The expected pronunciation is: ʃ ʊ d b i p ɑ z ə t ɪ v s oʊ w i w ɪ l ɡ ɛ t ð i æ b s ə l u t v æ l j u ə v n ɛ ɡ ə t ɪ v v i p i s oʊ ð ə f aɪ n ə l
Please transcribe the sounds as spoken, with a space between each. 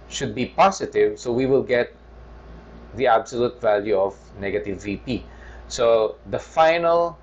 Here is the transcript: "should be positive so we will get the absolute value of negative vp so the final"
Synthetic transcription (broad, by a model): ʃ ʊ d b i p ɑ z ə t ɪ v s oʊ w i w ɪ l ɡ ɛ t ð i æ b s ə l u t v æ l j u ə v n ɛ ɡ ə t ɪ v v i p i s oʊ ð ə f aɪ n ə l